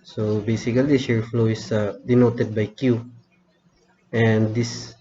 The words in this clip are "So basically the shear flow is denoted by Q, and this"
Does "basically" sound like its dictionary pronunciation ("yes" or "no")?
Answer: no